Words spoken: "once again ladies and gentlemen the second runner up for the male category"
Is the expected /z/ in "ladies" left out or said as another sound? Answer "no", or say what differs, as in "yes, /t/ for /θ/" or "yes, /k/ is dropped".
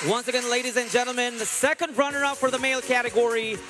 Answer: no